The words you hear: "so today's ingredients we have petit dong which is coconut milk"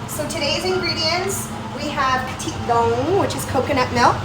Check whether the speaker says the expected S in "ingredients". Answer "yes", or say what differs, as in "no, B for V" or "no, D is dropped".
yes